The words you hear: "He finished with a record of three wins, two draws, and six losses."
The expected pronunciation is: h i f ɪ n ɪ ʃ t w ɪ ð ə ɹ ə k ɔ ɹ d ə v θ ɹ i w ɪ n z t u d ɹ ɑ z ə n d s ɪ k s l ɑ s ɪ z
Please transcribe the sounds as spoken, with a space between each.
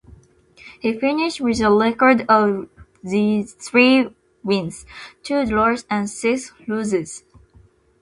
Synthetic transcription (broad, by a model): h i f ɪ n ɪ ʃ t w ɪ ð ə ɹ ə k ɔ ɹ d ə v θ ɹ i w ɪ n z t u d l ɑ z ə n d s ɪ k s l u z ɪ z